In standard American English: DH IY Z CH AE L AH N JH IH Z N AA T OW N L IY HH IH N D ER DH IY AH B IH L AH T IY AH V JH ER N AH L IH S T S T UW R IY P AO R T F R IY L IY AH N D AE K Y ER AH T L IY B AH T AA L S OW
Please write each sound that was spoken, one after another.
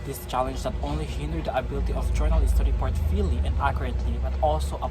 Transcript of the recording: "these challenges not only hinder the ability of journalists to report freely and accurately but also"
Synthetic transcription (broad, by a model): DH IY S CH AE L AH N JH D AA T OW N L IY HH IH N D ER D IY AH B IH L AH T IY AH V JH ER N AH L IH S S T UW R IY P AO R T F IY L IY AH N D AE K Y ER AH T L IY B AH T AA L S OW